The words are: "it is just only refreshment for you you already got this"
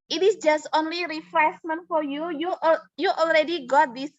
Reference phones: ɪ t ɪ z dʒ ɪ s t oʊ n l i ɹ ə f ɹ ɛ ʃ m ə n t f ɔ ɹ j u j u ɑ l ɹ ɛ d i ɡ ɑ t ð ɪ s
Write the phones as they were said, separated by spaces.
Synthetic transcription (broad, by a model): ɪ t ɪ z dʒ ɪ s t oʊ n l i ɹ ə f ɹ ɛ s m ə n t f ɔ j j u j u ɑ l ɹ ɛ d i ɡ ɑ t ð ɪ s